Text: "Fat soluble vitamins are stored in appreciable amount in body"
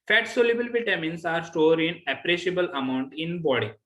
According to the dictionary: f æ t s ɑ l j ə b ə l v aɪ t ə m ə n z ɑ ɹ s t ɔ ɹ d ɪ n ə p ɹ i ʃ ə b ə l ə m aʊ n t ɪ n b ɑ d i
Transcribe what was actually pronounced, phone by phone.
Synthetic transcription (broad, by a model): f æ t s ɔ l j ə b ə l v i t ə m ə n s ɑ ɹ s t ɔ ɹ d ɪ n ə p ɹ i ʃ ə b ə l ə m aʊ n t ɪ n b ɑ d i